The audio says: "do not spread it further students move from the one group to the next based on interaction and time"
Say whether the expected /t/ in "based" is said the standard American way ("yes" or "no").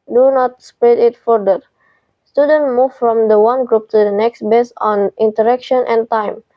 no